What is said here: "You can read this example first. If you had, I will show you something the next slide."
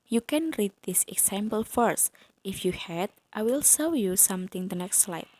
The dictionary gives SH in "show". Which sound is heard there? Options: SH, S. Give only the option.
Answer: S